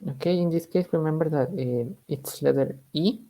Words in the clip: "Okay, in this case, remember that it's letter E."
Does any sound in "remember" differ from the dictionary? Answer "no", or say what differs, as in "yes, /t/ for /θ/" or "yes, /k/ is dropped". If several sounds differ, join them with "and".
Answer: yes, /w/ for /ɹ/